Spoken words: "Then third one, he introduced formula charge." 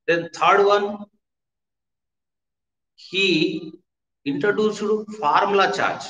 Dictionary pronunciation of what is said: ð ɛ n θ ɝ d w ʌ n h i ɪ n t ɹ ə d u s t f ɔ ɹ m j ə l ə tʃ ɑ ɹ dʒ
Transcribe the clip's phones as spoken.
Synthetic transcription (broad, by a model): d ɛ n t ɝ d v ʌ n h i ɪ n t ɹ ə d u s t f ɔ ɹ m l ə tʃ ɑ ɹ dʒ